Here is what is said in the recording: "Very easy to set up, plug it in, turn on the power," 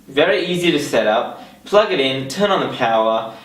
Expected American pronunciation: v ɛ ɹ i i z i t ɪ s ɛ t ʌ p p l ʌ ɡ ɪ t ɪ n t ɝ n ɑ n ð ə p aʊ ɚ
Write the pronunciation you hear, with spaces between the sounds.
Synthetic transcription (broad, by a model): v ɛ ɹ i i z i t ɪ s ɛ t ʌ p p l ʌ ɡ ɪ t ɪ n t ɝ n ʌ n ð ə p aʊ ɚ